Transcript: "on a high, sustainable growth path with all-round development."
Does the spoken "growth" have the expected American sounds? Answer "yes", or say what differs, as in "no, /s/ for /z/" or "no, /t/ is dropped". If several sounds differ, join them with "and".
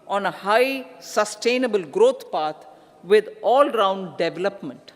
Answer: no, /t/ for /θ/